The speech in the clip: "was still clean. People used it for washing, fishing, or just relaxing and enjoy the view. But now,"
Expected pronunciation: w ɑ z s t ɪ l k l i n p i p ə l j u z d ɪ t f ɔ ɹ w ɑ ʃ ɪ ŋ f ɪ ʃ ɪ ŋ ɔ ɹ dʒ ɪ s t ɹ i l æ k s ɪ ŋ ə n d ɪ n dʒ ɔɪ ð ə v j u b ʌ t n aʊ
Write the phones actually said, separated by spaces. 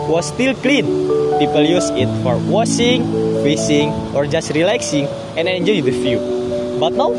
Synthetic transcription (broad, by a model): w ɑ s t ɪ l k l i n p i p ə l j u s ɪ t f ɔ ɹ w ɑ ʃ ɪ ŋ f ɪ s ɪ ŋ ɔ ɹ dʒ ɪ s t ɹ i l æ k s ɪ ŋ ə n ɪ n dʒ ɔɪ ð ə f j u b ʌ t n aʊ